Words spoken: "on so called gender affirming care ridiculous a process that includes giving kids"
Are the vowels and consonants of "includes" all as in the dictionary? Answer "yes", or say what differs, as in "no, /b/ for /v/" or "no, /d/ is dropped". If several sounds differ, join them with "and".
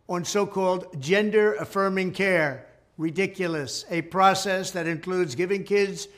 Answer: yes